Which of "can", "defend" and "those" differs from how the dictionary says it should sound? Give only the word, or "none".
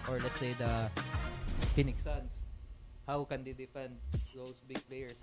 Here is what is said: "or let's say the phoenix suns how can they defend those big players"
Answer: those